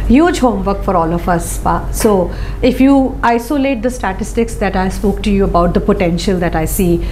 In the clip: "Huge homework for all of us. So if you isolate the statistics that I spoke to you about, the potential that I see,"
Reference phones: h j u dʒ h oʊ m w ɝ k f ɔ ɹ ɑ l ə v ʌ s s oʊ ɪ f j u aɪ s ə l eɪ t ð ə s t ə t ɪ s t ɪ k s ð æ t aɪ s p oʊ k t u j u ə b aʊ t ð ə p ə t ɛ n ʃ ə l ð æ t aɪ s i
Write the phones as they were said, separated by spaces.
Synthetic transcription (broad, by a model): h j u dʒ h oʊ m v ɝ k f ɔ ɹ ɑ l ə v ʌ s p oʊ ɪ f j u aɪ s ə l eɪ t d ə s t ə t ɪ s t ɪ k s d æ t aɪ s p oʊ k t u j u ə b aʊ t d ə p ə t ɛ n ʃ ə l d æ t aɪ s i